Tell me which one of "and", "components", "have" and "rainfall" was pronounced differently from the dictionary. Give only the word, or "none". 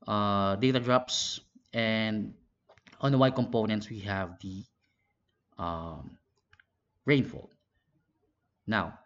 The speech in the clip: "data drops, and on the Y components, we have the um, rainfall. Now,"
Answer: none